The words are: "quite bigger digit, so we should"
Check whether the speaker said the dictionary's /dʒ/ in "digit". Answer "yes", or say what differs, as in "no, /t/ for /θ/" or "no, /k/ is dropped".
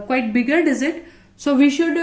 no, /z/ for /dʒ/